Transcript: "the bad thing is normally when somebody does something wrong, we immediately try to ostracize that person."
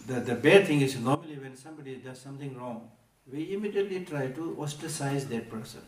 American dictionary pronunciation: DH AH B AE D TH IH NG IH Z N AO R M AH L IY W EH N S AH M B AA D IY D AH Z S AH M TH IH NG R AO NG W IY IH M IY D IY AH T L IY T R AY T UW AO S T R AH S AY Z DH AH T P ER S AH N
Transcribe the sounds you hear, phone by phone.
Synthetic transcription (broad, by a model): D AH B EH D T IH NG IH Z N AO R M AH L IY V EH N S AH M B AA D IY D AH Z S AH M T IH NG R AO NG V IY IH M IY D IY AH T L IY T R AY T UW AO S T AH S AY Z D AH T P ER S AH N